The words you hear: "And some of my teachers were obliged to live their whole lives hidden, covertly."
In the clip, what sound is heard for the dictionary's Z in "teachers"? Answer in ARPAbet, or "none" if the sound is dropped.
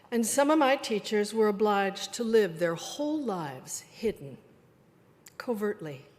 Z